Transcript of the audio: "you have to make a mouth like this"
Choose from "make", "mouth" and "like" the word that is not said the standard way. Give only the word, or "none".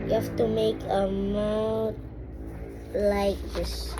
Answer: mouth